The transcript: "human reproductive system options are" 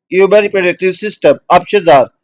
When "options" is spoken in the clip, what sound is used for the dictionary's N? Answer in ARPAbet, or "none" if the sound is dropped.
none